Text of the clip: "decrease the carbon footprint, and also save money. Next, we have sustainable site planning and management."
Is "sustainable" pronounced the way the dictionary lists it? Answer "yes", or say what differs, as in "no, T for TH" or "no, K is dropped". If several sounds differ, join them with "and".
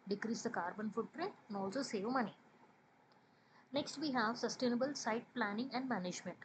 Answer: yes